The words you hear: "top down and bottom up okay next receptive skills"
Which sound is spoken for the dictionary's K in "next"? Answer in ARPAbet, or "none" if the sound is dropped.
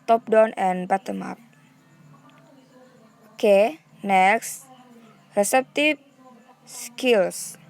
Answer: K